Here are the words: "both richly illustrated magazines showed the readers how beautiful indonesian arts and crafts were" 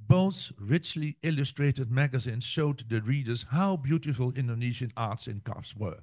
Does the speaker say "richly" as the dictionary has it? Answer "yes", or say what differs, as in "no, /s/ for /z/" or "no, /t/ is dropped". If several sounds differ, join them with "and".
yes